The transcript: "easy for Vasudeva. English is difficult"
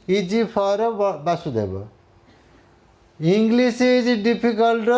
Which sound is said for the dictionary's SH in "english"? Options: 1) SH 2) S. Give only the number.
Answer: 2